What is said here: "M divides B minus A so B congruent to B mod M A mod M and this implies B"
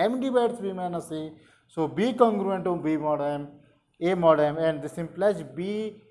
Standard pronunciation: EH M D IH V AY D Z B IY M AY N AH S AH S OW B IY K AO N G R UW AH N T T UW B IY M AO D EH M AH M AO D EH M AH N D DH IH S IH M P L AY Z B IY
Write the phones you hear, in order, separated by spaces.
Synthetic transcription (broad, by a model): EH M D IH B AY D S B IY M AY N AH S AH S OW B IY K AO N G R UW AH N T T UW B IY M AO D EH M AH M AO D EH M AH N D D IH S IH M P L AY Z B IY